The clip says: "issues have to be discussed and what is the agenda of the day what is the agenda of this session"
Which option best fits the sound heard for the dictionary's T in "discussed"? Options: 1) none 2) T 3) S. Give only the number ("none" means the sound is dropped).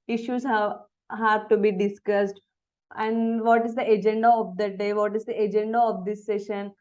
2